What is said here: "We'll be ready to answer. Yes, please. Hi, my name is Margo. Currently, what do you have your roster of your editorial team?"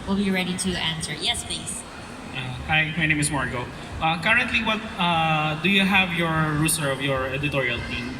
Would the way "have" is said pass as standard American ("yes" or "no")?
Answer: yes